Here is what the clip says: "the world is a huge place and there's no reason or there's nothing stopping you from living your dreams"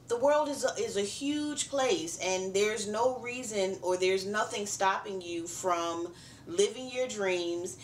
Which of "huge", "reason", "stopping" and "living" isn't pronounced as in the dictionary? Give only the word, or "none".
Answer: none